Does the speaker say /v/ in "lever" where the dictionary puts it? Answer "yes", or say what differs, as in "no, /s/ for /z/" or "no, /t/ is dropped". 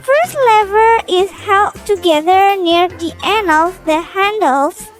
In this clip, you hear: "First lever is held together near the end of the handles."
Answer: yes